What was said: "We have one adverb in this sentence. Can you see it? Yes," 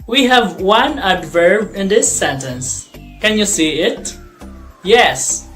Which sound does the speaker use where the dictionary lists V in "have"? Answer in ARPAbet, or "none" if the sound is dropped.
V